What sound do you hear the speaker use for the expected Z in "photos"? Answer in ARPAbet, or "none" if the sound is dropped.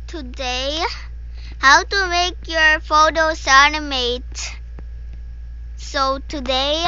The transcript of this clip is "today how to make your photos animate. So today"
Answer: S